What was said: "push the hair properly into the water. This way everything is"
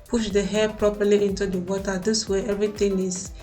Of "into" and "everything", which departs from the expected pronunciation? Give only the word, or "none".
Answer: everything